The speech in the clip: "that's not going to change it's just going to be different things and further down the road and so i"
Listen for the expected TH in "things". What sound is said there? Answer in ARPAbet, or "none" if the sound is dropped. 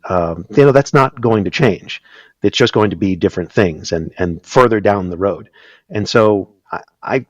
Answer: TH